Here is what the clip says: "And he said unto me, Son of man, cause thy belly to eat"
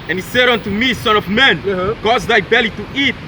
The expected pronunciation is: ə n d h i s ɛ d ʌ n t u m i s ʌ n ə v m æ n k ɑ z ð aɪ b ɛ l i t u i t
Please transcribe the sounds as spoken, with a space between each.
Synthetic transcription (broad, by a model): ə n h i s ɛ d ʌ n t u m i s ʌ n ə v m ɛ n k ɑ z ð aɪ b ɛ l i t u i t